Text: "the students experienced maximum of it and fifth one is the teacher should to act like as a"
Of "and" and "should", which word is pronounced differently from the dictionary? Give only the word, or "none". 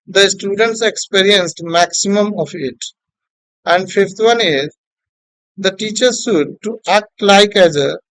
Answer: should